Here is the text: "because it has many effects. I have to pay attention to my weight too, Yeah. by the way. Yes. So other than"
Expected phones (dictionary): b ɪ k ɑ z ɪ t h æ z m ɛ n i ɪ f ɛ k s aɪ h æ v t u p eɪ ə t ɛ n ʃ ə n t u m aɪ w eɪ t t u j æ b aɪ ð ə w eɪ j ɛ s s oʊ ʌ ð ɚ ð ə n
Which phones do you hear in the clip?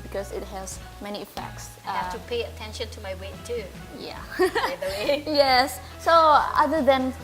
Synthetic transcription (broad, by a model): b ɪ k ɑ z ɪ t h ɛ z m ɛ n i ɪ f ɛ k s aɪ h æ f t u p eɪ ə t ɛ n ʃ ə n t u m aɪ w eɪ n t u j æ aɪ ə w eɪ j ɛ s s oʊ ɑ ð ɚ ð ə n